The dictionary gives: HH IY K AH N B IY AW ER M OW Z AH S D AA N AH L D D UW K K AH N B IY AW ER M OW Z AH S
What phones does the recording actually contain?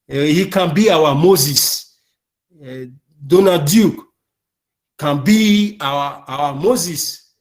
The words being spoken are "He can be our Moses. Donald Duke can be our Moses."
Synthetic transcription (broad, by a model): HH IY K AH N B IY AW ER M OW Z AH S D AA N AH D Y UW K K AH N B IY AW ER M OW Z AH S